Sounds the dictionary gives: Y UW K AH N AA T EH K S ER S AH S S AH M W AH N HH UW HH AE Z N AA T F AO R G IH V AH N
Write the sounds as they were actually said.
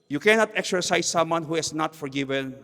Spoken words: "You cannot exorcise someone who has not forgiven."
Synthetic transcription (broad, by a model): Y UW K AH N AA T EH K S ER S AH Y S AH M W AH N HH UW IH S N AA T F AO R G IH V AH N